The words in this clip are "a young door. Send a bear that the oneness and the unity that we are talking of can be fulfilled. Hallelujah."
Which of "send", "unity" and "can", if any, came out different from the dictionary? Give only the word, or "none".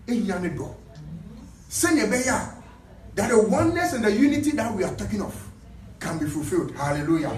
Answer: send